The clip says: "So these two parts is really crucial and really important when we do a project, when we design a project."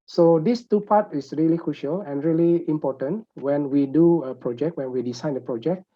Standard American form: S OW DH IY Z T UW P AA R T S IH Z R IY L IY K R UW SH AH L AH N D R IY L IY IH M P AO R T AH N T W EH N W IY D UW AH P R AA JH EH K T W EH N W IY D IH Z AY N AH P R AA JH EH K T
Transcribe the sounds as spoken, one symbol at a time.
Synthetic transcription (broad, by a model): S OW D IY S T UW P AA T IH S R IY L IY K R UW SH AH L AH N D R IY L IY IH M P AO T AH N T W EH N W IY D UW AH P R AA JH EH K T W EH N W IY D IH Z AY N AH P R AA JH EH K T